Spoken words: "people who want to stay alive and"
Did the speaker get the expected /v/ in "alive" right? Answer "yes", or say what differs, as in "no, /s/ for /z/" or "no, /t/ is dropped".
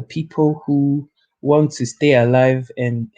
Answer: yes